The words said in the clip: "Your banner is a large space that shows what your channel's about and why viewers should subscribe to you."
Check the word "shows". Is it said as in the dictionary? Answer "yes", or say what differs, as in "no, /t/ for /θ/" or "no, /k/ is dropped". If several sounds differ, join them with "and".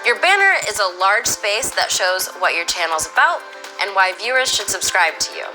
yes